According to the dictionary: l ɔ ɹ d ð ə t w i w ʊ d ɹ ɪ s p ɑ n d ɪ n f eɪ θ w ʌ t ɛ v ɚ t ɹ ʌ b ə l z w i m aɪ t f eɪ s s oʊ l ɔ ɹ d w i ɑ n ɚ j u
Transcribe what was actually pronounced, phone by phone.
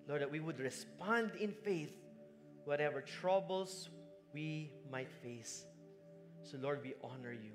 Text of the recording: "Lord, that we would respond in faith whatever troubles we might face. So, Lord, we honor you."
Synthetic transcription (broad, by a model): l ɔ ɹ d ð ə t w i w ʊ d ɹ ɪ s p ɑ n d ɪ n f eɪ θ w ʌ t ɛ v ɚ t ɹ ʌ b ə l s w i m aɪ t f eɪ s s oʊ l ɔ ɹ d w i ɑ n ɚ j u